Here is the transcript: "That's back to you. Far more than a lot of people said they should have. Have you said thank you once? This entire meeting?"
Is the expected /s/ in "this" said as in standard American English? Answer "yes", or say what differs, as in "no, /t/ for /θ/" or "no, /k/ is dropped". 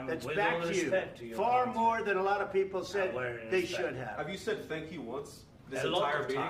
no, /s/ is dropped